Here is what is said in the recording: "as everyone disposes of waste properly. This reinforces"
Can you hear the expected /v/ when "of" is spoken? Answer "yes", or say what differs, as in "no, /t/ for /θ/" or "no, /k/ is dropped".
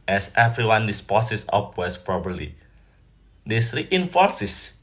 no, /p/ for /v/